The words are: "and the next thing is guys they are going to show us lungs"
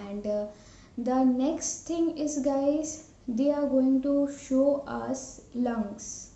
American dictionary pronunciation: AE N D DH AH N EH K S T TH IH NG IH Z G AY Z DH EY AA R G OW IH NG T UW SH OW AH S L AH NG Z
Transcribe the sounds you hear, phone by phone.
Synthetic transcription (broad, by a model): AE N D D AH N EH K S T T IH NG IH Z G AY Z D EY AA R G OW IH NG T UW SH OW AH S L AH NG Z